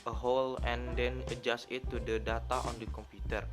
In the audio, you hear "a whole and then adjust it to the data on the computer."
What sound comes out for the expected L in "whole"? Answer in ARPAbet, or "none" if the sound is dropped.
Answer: L